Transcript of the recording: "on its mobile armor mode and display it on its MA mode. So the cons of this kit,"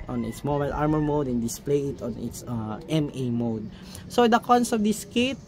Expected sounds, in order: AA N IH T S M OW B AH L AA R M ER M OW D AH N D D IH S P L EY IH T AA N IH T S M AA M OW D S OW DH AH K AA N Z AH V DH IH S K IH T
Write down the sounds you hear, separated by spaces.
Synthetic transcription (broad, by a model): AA N IH T S M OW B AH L AA R M ER M OW D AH N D D IH S P L EY IH T AA N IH T S M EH M OW D S OW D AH K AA N S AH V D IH S K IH T